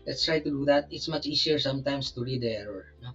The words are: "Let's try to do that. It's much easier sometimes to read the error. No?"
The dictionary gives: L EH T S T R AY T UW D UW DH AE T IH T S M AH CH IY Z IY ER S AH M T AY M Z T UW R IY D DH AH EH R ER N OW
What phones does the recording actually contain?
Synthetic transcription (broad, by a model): L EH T S T R AY T UW D UW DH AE T IH T S M AH CH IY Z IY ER S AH M T AY M S T UW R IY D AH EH R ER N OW